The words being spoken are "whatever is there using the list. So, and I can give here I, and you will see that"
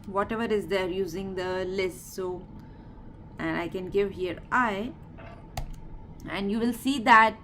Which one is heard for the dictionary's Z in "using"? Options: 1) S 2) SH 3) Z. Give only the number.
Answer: 3